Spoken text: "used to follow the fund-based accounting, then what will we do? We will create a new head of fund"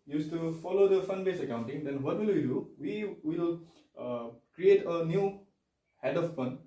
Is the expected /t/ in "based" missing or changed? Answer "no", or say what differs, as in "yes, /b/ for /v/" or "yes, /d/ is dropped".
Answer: yes, /t/ is dropped